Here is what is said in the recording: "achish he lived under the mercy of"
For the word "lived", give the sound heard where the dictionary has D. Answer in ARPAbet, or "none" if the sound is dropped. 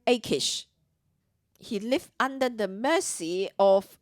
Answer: none